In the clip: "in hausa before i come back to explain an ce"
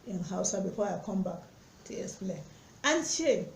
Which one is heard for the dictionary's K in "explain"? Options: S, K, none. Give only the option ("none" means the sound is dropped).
none